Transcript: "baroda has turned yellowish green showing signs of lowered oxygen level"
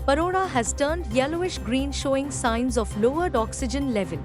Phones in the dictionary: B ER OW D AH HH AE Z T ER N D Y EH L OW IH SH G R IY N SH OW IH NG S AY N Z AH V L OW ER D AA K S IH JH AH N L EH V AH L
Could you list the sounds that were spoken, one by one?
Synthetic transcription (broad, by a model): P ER OW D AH HH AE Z T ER N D Y EH L OW IH SH G R IY N SH OW IH NG S AY N Z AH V L OW ER D AA K S IH JH AH N L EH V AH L